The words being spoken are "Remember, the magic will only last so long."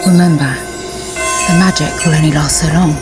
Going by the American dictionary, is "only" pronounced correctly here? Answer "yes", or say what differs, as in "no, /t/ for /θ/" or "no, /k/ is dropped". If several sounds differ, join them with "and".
no, /l/ is dropped